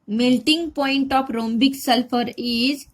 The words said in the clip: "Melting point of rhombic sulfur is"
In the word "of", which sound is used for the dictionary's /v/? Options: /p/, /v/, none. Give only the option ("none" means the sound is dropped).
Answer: /p/